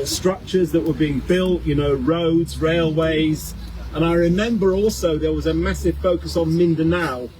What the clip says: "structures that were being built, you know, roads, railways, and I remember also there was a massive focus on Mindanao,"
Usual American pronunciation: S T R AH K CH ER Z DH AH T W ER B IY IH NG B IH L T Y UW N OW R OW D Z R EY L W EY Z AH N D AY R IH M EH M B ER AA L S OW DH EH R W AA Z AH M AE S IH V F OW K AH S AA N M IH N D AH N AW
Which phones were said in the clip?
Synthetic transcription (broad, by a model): S T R AH K CH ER Z DH AH T W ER B IY IH NG B IH L T Y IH N OW R OW D Z R EY L W EY Z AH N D AY R IH M EH M B ER AA L S OW DH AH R W AA Z AH M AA S IH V F OW K AH S N M IH N D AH N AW